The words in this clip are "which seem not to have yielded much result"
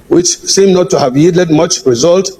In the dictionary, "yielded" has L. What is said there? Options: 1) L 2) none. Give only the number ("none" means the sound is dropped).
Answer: 2